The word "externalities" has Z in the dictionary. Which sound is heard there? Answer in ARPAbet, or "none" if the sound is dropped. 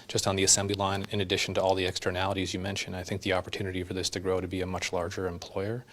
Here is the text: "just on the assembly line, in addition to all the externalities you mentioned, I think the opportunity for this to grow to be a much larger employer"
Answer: Z